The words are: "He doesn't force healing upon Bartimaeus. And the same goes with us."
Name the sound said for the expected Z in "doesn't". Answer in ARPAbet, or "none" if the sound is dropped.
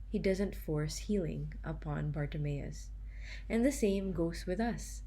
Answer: Z